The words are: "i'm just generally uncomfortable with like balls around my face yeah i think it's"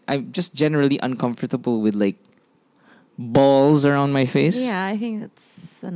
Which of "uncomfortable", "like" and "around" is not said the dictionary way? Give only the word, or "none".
none